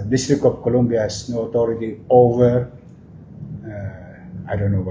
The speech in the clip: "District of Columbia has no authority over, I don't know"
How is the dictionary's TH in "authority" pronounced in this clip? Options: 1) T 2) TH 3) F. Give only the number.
1